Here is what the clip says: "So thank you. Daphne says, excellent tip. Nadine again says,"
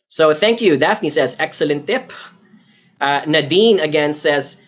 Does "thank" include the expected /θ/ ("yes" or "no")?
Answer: yes